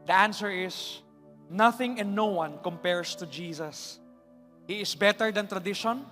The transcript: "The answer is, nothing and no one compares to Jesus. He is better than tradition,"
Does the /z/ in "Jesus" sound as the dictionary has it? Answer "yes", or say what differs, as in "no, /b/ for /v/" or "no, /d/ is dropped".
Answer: no, /s/ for /z/